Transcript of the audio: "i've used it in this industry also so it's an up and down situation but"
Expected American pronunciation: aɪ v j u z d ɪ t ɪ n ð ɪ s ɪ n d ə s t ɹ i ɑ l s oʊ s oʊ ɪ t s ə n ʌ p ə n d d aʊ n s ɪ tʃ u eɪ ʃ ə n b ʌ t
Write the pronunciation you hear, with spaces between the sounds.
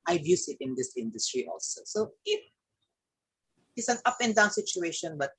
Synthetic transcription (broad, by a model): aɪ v j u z ɪ t ɪ n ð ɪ s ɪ n d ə s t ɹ i ɑ l s oʊ s oʊ ɪ t s ə n ʌ p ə n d d aʊ n s ɪ tʃ u eɪ ʃ ə n b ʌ t